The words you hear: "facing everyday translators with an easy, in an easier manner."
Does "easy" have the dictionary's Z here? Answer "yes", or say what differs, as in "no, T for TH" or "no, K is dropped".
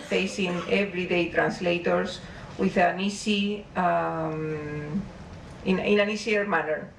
no, S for Z